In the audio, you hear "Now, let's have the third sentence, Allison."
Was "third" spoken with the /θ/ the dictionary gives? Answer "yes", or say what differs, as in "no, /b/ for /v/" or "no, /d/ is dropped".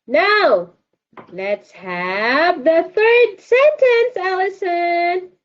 yes